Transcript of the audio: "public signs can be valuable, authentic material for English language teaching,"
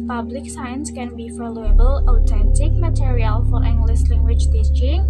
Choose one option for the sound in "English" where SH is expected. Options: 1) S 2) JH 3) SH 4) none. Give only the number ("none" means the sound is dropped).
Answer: 1